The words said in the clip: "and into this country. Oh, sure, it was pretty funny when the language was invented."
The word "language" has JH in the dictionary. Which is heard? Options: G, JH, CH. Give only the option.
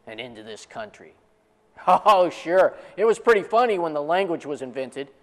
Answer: JH